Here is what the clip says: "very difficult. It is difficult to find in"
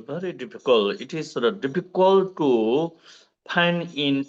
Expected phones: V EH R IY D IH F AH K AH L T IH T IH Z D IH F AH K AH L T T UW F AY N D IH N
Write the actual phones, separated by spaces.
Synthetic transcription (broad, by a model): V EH R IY D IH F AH K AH L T IH T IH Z D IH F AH K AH L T T UW P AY N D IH N